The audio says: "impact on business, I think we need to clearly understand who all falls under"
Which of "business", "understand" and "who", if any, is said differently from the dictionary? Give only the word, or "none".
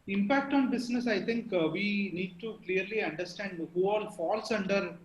business